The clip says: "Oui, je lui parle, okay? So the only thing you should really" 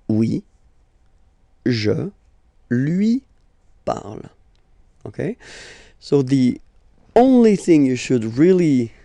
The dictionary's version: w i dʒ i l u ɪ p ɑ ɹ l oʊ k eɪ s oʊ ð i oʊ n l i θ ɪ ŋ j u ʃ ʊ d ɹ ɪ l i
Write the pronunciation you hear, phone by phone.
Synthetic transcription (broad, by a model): w i ʒ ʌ l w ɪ p ɑ ɹ l oʊ k eɪ s oʊ ð i oʊ n l i θ ɪ ŋ j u ʃ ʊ d ɹ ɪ l i